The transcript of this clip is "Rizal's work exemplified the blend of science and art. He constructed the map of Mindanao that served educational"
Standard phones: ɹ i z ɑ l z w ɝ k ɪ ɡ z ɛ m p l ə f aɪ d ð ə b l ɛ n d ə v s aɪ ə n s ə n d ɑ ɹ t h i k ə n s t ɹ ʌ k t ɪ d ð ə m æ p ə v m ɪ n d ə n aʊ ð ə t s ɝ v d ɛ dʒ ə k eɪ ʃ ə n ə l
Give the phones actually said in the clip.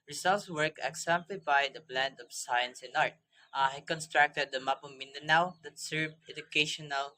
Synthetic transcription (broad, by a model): ɹ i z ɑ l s w ɝ k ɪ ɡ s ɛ m p l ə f aɪ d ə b l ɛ n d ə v s aɪ ə n s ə n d ɑ ɹ t h i k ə n s t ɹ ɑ k t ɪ d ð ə m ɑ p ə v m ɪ n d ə n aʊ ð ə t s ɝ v ɛ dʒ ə k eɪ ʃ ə n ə l